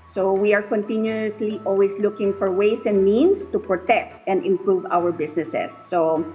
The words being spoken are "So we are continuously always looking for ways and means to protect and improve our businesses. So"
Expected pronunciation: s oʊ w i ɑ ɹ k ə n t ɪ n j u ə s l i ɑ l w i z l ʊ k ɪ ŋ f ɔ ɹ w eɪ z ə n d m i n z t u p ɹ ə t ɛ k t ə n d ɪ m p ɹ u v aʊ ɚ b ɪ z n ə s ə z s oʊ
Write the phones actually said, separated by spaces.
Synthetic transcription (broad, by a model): s oʊ w i ɑ ɹ k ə n t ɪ n j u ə s l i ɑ l w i s l ʊ k ɪ ŋ f ɔ ɹ w eɪ s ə n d m i n s t u p ɹ ə t ɛ k t ə n d ɪ m p ɹ u v aʊ ɚ b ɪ s n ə s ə s oʊ